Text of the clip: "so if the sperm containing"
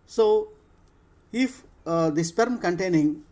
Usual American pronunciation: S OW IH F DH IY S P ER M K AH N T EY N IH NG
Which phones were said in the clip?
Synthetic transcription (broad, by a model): S OW IH F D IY S P ER M K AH N T EY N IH NG